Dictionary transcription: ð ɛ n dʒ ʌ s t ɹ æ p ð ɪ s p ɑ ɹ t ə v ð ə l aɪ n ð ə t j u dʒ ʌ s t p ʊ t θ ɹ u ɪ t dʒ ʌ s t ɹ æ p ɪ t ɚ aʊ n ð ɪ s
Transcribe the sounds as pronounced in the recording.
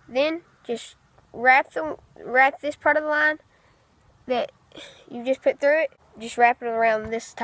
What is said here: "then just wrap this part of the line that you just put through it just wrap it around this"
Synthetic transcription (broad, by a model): ð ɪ n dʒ ʌ s t ɹ æ p ð ɪ s p ɑ ɹ t ə v ð ə l aɪ n ð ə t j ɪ dʒ ʌ s p ʊ t θ ɹ u ɪ t dʒ ʌ s t ɹ æ p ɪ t ɚ aʊ n ð ɪ s